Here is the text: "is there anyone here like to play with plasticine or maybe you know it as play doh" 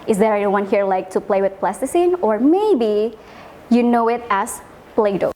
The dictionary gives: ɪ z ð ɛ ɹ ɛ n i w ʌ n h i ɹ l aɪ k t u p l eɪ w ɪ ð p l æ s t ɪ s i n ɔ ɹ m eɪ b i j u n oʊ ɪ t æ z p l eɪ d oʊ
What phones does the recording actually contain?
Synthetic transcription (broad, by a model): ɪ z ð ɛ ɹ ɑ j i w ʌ n h i ɹ l aɪ k t u p l eɪ w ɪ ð p l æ s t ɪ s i n ɔ ɹ m eɪ b i j u n oʊ ɪ t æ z p l eɪ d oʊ